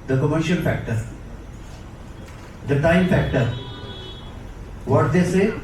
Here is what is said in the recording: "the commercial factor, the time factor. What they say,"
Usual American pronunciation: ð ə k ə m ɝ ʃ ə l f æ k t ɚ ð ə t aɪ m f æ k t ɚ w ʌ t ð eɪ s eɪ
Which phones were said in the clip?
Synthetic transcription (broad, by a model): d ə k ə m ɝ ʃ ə n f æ k t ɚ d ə t aɪ m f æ k t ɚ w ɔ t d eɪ s eɪ